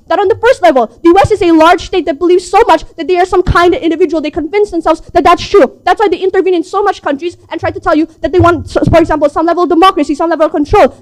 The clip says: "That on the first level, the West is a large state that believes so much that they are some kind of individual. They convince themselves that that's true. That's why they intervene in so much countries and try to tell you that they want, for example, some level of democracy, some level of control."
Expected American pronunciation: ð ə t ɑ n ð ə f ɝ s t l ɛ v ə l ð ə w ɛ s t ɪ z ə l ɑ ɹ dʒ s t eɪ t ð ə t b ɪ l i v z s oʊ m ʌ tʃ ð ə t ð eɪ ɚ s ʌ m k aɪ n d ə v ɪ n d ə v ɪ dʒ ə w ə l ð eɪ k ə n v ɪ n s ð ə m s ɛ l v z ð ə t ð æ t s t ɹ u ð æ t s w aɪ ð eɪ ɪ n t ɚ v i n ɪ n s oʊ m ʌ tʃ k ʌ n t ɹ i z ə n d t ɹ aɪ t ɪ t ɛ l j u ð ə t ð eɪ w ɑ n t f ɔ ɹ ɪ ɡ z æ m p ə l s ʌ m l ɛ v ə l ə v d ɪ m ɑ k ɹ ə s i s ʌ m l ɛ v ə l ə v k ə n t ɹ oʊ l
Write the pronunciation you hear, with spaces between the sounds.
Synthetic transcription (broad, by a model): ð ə t n ð ə f ɝ s t l ɛ v ə l ð ə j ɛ s ɪ z ə l ɑ ɹ dʒ s t eɪ t ð ə t b ɪ l i v z s oʊ m ʌ tʃ ð ə t ð eɪ ɚ s ʌ m k aɪ n d ə v ɪ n d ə v ɪ dʒ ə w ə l ð eɪ k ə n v ɪ n s ð ə m s ɛ l v z ð ə t ð æ t s t ɹ u ð æ t s w aɪ ð eɪ ɪ n t ɚ v i n ɪ n s oʊ m ʌ tʃ k ʌ n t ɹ i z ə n t ɹ aɪ t ɪ t ɛ l j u ð ə t ð eɪ w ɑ n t f ɔ ɹ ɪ ɡ z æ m p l s ʌ m l ɛ v ə l ə v d ɪ m ɑ k ɹ ə s i s ʌ m l ɛ v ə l ə v k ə n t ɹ oʊ l